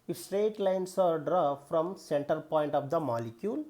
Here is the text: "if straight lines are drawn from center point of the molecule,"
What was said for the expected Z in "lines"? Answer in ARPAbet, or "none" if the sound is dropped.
S